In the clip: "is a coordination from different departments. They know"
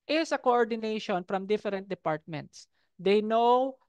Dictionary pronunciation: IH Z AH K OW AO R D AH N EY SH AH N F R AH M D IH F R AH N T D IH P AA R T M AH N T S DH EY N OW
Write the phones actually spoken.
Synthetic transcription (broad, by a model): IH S AH K OW AO R D AH N EY SH AH N F R AH M D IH F R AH N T D IH P AA R T M AH N T S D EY N OW